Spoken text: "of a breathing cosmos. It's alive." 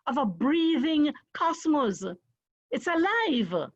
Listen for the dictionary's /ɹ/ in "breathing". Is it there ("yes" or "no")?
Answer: yes